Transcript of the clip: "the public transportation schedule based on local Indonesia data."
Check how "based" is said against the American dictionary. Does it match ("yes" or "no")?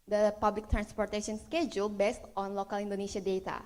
yes